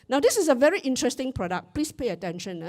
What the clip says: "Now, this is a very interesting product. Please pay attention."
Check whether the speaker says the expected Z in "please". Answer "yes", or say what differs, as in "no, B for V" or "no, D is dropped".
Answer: no, S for Z